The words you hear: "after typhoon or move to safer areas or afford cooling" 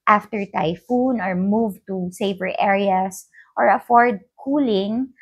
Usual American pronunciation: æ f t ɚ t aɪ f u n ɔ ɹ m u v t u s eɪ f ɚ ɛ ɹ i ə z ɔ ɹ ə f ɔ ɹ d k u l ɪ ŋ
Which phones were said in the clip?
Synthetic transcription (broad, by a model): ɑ f t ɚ t aɪ f u n ɔ ɹ m u v t u s eɪ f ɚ ɛ ɹ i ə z ɔ ɹ ə f ɔ ɹ d k u l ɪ ŋ